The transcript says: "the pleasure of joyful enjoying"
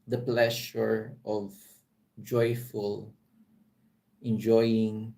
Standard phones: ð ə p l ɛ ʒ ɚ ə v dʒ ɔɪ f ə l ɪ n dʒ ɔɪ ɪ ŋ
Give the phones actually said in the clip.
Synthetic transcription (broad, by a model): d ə p l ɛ ʃ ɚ ə v dʒ ɔɪ f ə l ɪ n dʒ ɔɪ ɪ ŋ